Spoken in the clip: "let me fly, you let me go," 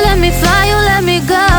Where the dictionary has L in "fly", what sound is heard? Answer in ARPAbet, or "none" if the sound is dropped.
none